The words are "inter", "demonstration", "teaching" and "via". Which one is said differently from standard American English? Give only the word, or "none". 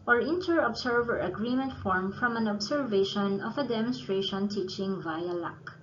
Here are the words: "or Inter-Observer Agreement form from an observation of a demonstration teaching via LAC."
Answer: none